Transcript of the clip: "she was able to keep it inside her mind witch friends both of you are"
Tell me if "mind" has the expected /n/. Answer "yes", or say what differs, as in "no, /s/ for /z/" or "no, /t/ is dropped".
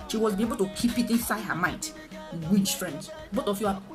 no, /n/ is dropped